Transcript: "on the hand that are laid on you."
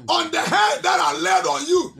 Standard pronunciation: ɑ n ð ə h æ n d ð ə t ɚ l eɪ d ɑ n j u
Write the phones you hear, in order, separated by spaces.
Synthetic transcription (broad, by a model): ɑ n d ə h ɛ d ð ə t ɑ l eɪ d ɑ n j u